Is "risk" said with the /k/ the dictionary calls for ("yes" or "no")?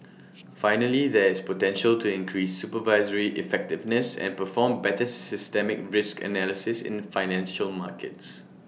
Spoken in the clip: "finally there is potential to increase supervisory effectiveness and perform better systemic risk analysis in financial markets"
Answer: yes